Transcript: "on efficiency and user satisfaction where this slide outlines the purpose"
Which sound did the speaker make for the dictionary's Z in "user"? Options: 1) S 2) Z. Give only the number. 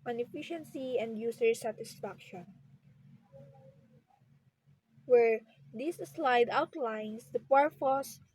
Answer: 1